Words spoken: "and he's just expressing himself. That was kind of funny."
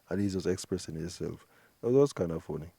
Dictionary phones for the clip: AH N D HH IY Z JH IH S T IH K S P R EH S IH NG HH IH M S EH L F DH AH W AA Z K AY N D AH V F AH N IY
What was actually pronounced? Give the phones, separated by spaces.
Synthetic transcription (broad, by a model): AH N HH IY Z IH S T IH K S P R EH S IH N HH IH S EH L F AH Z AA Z K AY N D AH F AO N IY